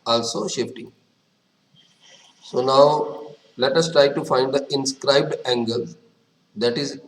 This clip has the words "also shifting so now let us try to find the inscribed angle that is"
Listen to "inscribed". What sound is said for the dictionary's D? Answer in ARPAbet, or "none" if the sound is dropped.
D